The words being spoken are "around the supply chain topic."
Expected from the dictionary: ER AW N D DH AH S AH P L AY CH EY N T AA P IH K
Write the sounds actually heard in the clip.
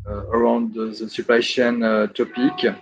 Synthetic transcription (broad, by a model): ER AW N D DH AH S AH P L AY SH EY N T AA P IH K